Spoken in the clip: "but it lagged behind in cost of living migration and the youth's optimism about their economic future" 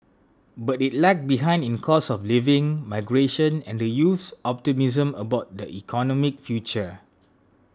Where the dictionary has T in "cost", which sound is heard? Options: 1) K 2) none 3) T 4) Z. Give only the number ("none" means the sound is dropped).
2